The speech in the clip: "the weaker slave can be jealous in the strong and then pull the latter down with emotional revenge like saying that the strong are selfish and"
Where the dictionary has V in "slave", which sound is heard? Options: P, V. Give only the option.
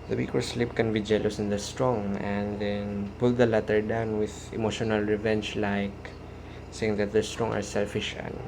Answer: P